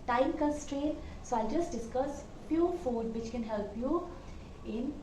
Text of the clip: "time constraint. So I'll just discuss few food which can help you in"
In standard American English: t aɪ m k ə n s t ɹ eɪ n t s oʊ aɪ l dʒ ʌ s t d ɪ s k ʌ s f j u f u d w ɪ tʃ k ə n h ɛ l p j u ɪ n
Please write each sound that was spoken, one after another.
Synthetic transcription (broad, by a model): t aɪ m k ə s t ɹ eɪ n s oʊ aɪ l dʒ ʌ s t d ɪ s k ʌ s p j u f u d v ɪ tʃ k ə n h ɛ l p j u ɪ n